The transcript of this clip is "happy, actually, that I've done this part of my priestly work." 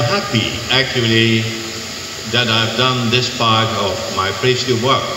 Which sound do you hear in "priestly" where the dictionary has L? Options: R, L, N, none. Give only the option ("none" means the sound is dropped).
none